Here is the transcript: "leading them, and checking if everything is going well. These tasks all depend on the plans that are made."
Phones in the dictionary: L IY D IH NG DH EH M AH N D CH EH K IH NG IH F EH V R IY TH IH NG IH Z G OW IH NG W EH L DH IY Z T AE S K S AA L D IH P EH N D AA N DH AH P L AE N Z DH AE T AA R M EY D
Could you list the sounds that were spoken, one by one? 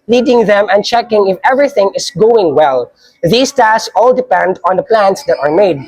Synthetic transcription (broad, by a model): L IY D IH NG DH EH M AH N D CH EH K IH NG IH F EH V R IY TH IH NG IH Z G OW IH NG W EH L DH IY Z T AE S S AA L D IH P EH N D AA N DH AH P L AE N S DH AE T AA R M EY D